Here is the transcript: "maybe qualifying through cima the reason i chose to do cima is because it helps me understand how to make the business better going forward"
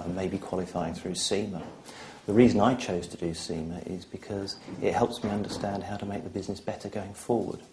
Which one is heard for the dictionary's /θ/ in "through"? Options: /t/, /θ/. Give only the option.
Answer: /θ/